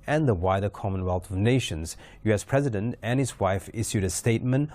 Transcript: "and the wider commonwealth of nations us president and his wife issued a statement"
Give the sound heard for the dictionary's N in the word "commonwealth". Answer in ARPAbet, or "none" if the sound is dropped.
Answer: N